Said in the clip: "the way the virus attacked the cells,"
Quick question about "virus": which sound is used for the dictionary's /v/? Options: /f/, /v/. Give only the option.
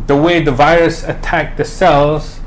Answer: /v/